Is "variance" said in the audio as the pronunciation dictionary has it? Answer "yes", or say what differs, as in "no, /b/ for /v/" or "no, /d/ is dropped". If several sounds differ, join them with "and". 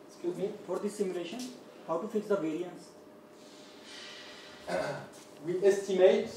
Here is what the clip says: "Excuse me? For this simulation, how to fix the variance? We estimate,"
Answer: yes